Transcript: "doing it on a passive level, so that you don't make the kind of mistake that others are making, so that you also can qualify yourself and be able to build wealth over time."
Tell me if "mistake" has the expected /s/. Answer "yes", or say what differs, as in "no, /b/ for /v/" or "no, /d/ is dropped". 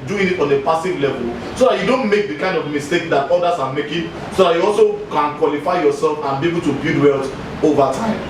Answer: yes